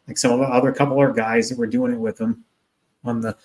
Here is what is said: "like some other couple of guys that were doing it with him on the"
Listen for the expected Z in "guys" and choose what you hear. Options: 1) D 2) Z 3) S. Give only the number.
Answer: 2